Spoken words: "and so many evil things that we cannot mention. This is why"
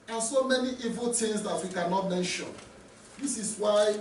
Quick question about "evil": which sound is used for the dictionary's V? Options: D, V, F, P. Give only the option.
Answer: V